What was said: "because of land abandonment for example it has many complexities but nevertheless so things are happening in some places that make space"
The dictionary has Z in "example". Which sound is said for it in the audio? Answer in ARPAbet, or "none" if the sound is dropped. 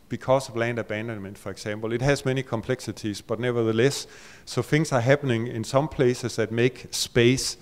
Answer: S